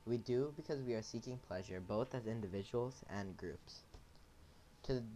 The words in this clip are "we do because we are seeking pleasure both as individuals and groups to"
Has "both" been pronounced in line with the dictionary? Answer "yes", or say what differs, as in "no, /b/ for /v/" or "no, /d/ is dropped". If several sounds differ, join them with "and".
yes